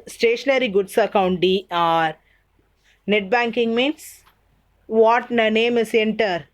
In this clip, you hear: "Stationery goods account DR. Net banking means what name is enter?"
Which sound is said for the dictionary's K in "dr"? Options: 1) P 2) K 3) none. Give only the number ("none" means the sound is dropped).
3